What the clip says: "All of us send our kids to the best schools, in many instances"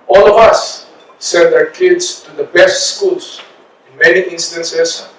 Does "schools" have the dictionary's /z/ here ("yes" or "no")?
no